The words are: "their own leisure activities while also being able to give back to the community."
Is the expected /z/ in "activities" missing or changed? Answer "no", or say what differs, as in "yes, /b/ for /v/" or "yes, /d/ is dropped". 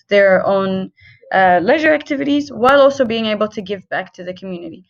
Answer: no